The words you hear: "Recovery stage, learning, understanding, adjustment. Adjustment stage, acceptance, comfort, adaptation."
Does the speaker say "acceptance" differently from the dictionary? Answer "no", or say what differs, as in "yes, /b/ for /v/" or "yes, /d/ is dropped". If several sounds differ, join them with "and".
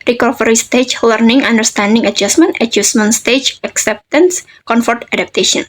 no